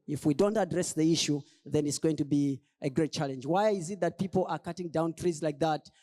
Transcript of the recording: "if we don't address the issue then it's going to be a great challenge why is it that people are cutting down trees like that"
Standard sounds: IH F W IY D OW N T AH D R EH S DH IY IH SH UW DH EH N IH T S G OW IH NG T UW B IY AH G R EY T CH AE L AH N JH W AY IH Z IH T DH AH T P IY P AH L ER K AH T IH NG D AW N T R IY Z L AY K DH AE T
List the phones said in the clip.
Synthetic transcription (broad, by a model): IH F W IY D OW N T AH D R EH S DH IY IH SH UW DH EH N IH T S G OW IH NG T UW B IY AH G R EY T CH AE L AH N JH W AY IH Z IH T DH AH T P IY P L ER K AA T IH NG D AW N T R IY Z L AY K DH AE T